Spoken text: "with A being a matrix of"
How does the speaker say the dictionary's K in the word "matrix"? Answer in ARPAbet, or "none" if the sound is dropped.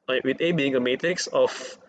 K